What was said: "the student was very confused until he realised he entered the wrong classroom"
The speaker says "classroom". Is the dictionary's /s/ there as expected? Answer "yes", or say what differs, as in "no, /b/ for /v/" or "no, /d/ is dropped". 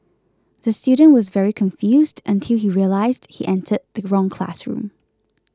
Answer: yes